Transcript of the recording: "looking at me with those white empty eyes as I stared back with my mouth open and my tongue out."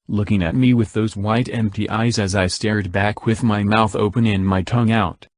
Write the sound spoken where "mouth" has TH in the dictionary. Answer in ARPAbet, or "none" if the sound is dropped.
TH